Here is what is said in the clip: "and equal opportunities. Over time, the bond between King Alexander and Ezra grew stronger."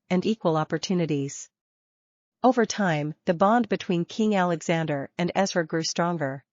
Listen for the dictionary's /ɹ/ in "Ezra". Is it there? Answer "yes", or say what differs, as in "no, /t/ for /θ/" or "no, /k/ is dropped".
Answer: no, /w/ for /ɹ/